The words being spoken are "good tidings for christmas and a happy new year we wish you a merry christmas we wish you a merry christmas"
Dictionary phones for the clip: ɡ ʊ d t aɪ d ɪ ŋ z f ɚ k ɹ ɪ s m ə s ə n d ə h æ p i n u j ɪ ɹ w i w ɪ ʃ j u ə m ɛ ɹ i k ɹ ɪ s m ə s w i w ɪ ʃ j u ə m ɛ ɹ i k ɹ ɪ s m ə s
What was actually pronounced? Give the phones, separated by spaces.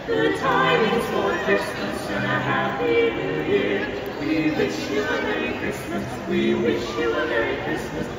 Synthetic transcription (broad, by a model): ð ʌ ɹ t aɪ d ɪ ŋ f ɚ k ɹ ɪ s m ə s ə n ə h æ i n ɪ j ɪ ɹ w i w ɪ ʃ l ə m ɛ ɹ i k ɹ ɪ s m ə s w i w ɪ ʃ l ə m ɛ ɹ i k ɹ ɪ s m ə s